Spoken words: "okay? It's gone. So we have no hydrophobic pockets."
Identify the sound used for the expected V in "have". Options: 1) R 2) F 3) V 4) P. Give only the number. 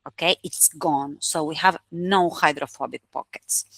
3